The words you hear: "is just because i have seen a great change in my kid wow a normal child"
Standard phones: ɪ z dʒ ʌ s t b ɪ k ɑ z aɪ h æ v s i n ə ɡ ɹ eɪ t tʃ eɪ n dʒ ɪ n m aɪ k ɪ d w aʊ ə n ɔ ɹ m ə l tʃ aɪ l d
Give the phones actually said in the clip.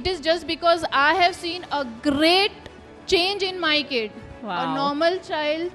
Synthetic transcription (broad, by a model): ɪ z dʒ ʌ s t b ɪ k ɑ z aɪ h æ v s i n ə ɡ ɹ eɪ t tʃ eɪ n dʒ ɪ n m aɪ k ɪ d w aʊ ə n ɔ ɹ m ə l tʃ aɪ l d